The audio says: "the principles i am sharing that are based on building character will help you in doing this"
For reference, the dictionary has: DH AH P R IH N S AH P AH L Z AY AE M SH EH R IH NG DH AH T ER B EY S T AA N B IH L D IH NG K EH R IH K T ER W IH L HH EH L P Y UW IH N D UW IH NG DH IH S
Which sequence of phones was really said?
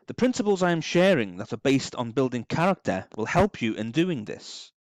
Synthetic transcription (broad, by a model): DH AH P R IH N S AH P AH L Z AY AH M SH EH R IH NG DH AH T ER B EY S T N B IH L D IH NG K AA R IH K T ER W IH L HH EH L P Y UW IH N D UW IH NG DH IH S